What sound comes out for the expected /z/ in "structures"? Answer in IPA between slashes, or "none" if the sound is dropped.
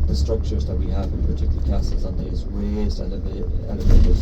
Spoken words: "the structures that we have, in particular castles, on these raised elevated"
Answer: /z/